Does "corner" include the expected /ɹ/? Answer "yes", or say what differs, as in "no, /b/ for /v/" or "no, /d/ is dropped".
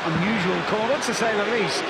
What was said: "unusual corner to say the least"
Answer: no, /w/ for /ɹ/